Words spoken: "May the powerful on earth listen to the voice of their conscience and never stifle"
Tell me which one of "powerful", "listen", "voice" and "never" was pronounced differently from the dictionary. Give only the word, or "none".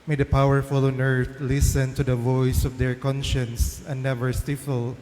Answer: none